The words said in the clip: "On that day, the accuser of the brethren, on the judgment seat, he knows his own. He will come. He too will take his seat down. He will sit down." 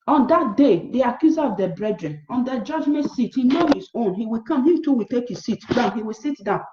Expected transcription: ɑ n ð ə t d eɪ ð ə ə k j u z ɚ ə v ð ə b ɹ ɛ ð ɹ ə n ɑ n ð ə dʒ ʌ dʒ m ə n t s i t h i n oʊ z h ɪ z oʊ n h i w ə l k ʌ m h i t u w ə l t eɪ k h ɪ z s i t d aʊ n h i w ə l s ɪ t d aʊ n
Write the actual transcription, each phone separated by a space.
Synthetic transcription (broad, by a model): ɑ n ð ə t d eɪ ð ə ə k j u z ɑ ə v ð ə b ɹ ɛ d ɹ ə n ɑ n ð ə dʒ ʌ dʒ m ə n t s i t h i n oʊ h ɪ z oʊ n h i w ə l k ʌ m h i t u w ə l t eɪ k h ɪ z s i t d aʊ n h i w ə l s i t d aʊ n